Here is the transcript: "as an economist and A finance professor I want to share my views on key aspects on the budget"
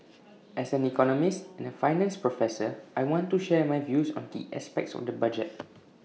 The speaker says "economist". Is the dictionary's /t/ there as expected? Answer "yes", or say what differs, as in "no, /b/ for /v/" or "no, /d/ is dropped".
yes